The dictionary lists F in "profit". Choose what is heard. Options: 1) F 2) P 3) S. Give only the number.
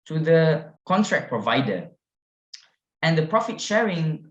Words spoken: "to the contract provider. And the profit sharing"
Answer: 1